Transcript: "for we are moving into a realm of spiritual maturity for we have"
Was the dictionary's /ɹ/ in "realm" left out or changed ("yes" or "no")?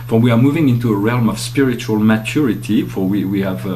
no